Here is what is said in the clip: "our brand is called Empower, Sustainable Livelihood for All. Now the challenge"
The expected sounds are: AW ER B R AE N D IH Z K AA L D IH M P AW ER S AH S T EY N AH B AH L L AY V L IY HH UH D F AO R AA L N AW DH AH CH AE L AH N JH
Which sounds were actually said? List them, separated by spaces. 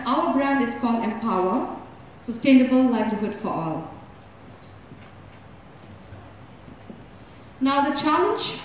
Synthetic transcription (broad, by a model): AW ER B R AE N D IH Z K AA L D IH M P AW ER S AH S T EY N AH B AH L L AY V L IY HH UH D F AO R AA L N AW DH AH CH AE L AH N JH